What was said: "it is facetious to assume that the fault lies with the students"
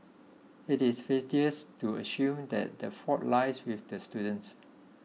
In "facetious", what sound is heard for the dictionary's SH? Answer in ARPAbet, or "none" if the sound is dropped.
none